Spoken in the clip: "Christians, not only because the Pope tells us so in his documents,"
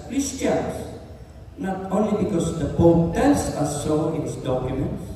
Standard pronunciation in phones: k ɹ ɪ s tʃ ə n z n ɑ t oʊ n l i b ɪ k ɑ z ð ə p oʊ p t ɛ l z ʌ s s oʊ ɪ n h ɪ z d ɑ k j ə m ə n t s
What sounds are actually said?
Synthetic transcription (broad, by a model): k ɹ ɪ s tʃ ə n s n ɑ t oʊ n l i b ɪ k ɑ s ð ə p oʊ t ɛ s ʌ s s oʊ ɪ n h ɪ s d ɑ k j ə m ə n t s